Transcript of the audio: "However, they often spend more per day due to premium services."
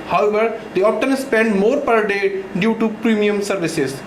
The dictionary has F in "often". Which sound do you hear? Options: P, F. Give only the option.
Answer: P